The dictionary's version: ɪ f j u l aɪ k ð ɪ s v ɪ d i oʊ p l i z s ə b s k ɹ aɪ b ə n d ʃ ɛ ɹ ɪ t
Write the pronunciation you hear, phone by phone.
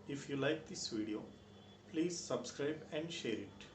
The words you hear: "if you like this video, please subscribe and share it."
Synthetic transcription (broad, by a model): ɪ f j u l aɪ k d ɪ s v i d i oʊ p l i z s ə b s k ɹ aɪ b ə n d ʃ ɛ ɹ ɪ t